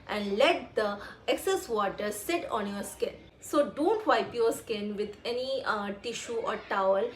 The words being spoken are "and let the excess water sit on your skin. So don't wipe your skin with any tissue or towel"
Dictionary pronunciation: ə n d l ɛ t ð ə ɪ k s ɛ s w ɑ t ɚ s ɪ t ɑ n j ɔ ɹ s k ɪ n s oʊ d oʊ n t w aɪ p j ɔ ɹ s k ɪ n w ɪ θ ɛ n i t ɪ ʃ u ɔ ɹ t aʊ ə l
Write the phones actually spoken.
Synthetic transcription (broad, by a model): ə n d l ɛ t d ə ɪ k s ɛ s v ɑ t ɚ s ɪ t ɑ n j ɔ ɹ s k ɪ n s oʊ d oʊ n t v aɪ p j ɔ ɹ s k ɪ n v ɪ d ɛ n i t ɪ ʃ u ɔ ɹ t aʊ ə l